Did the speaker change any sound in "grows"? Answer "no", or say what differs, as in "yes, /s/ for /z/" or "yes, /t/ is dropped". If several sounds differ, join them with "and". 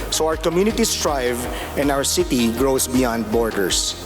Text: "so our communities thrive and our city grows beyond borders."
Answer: yes, /s/ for /z/